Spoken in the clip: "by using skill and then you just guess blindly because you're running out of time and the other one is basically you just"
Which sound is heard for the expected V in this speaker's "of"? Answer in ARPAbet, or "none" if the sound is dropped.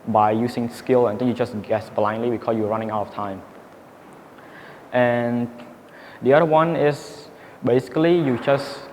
F